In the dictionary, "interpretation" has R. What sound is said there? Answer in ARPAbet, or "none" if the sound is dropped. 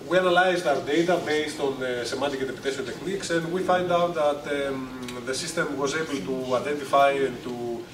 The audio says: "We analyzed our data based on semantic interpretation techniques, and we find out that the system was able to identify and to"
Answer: none